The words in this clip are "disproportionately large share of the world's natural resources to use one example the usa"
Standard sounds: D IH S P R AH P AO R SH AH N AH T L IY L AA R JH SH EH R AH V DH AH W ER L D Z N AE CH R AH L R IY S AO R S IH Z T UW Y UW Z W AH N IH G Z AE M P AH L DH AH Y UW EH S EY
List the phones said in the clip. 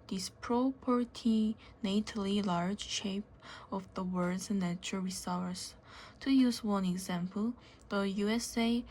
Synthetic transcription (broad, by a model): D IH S P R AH P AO R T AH N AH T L IY L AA R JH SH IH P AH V DH AH W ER D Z N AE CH AH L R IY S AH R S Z T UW Y UW Z W AH N IH G Z AE M P AH L DH AH Y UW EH S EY